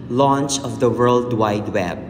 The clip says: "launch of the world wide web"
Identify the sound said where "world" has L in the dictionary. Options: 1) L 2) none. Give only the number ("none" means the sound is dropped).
1